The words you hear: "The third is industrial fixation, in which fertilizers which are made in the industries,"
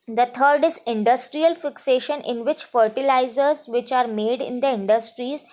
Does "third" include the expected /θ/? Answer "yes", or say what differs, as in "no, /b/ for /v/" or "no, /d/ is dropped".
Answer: no, /t/ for /θ/